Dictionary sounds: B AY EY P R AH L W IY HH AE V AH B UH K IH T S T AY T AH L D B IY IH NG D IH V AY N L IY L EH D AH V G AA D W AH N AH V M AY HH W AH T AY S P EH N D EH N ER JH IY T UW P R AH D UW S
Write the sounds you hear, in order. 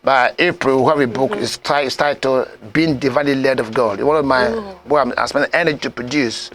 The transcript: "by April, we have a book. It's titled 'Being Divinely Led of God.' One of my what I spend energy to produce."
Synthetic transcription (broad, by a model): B AY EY P R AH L W IY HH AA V AH B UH K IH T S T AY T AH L B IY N D IH V AY N L IY L EH D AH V G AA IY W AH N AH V M AY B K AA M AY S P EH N EH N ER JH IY T UW P R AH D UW S